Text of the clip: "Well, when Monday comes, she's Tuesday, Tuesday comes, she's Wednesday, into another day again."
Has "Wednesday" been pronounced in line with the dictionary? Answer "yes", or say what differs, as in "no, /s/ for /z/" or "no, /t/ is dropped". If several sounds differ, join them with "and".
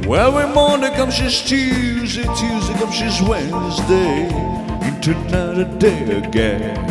yes